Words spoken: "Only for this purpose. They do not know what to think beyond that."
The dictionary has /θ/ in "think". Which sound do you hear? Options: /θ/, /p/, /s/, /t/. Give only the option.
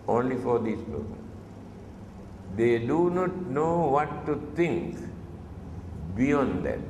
/t/